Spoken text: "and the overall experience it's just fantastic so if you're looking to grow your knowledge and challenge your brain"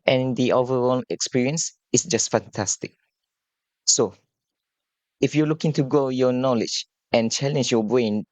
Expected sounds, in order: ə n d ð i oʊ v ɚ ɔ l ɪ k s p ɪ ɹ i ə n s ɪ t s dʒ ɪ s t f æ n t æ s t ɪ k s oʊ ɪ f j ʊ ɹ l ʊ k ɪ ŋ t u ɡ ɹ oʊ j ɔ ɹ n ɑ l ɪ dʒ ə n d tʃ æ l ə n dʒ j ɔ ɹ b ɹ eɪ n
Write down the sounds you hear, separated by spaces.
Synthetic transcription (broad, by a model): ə n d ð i oʊ v ɚ ɔ l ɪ k s p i ɹ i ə n s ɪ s dʒ ɪ s t f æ n t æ s t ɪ k s oʊ ɪ f j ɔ l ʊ k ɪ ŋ t u ɡ oʊ j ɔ n ɑ l ɪ dʒ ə n tʃ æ l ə n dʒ j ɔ b ɹ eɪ n